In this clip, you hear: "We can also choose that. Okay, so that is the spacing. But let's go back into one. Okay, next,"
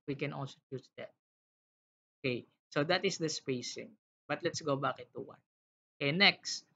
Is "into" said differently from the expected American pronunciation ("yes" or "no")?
yes